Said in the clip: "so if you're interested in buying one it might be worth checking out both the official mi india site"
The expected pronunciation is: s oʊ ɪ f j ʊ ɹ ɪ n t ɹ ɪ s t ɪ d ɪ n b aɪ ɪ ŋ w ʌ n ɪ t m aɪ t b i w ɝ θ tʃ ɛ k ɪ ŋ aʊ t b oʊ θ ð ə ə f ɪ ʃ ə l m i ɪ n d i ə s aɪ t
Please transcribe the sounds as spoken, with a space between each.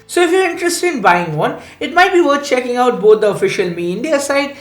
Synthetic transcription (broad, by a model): s oʊ ɪ f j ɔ ɹ ɪ n t ɹ ɪ s t ɪ d ɪ n b aɪ ɪ ŋ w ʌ n ɪ t m aɪ t b i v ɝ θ tʃ ɛ k ɪ ŋ aʊ t b oʊ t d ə ə f ɪ ʃ ə l m i ɪ n d i ə s aɪ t